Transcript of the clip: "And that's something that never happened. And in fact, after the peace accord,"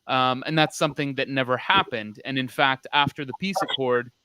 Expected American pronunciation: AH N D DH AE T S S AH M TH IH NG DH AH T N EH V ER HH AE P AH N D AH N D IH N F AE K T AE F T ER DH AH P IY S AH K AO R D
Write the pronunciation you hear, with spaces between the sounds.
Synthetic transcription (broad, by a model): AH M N DH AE T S S AH M TH IH NG DH AH T N EH V ER HH AE P AH N D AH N IH N F AE K T AE F T ER DH AH P IY S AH K AO R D